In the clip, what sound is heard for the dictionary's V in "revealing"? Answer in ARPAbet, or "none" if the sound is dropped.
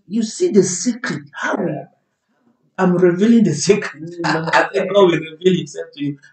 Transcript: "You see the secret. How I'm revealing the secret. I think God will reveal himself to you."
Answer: V